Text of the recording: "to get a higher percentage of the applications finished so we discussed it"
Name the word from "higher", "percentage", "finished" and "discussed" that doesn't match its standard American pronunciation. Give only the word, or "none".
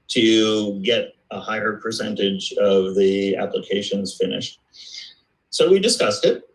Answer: none